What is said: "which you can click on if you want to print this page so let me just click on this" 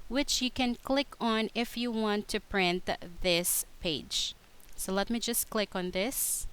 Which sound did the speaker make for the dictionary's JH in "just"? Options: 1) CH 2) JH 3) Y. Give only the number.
2